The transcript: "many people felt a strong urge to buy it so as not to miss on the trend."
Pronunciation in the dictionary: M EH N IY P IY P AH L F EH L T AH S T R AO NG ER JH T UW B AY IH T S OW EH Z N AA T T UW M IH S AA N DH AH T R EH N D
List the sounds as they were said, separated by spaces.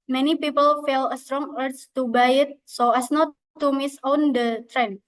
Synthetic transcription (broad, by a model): M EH N IY P IY P AH L F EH L AH S T R AO NG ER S T UW B AY IH T S OW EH S N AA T T UW M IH S AA N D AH T R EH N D